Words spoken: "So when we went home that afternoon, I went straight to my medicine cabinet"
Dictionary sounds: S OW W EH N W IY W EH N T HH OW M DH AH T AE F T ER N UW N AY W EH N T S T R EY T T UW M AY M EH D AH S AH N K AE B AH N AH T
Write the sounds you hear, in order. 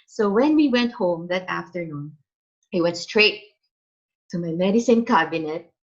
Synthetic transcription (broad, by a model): S OW W EH N W IY W EH N T HH OW M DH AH T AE F T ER N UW N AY W EH N T S T R EY T T UW M AY M EH D AH S AH N K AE B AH N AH T